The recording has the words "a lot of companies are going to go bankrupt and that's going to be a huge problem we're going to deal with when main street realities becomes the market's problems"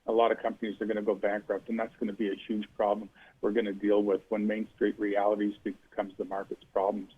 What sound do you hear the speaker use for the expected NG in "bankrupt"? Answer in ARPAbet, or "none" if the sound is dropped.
NG